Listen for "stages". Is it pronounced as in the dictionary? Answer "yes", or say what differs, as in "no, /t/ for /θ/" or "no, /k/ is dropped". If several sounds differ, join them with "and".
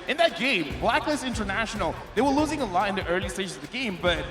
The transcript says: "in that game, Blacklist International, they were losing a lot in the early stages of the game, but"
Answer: no, /ʃ/ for /dʒ/